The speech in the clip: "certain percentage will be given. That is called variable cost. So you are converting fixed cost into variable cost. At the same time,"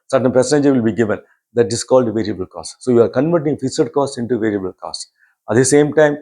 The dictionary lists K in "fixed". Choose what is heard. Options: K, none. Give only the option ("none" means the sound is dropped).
none